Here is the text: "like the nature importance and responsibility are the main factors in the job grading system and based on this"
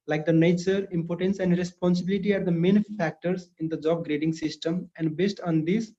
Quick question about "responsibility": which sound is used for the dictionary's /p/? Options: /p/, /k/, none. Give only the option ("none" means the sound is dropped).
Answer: /p/